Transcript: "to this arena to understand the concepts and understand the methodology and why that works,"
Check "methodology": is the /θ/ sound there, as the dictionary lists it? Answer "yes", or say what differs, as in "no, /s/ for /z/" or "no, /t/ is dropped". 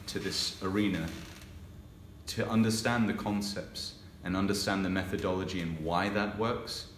yes